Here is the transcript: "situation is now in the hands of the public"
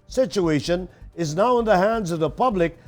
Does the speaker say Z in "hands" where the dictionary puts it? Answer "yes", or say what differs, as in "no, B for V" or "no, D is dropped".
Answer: yes